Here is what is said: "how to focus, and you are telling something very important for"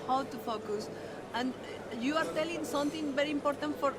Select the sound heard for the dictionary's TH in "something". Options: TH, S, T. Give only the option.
T